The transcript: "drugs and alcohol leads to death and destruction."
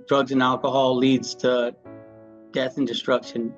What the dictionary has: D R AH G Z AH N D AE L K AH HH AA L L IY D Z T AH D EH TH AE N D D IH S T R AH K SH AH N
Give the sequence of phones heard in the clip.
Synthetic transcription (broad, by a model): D R AH G Z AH N AE L K AH HH AA L L IY D Z T AH D EH TH N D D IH S T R AH K SH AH N